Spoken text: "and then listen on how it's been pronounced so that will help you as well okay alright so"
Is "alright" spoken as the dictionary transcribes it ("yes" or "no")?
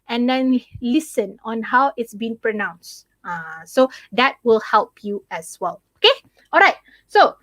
yes